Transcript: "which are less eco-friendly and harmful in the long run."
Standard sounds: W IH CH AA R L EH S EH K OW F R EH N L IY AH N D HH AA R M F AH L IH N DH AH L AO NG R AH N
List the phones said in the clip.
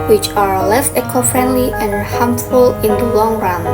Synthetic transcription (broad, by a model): W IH CH AA R L EH S EH K OW F R EH N L IY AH N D HH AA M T F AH L IH N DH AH L AO NG R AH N